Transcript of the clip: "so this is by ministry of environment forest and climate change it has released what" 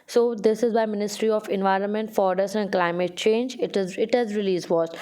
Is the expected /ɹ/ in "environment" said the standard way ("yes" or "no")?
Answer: yes